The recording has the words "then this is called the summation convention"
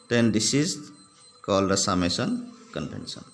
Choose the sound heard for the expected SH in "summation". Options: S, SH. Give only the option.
S